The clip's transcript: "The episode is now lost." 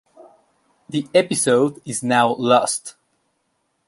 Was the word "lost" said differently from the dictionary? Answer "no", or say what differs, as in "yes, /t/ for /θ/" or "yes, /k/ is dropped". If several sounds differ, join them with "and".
no